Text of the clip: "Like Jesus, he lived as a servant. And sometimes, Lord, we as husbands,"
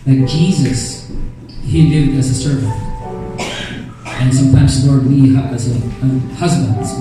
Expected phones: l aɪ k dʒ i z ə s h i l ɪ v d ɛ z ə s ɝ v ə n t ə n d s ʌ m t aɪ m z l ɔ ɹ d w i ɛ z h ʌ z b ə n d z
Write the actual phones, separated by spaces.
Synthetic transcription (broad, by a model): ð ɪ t dʒ i z ə s h i l ɪ v d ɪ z ə s ɝ v ə n t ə n s ʌ m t aɪ m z l ɔ ɹ d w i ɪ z h ʌ z b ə n d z